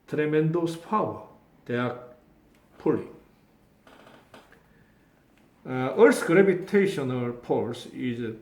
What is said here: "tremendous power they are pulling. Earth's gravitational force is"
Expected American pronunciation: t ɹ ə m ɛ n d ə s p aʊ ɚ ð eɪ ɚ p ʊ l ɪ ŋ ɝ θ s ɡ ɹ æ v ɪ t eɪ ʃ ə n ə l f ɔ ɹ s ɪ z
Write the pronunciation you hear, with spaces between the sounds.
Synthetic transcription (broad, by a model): t ɹ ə m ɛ n d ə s p aʊ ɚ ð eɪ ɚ p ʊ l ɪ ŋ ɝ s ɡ ɹ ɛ p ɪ t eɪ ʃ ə n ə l p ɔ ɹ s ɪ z